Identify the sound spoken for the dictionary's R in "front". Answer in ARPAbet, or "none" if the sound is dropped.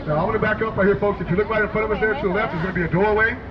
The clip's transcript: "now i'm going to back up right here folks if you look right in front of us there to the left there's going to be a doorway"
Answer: none